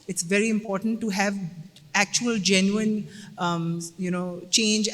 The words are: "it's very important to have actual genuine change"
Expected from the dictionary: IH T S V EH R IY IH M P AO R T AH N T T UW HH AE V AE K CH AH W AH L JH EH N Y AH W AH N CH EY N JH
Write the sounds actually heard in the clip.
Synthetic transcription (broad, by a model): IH T S V EH R IY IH M P AO R T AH N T T UW HH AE V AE K CH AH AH L JH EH N Y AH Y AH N CH EY N JH